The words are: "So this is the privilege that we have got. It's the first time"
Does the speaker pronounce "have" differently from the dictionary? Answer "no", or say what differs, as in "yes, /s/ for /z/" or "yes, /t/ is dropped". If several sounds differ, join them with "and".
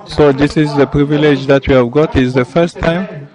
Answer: no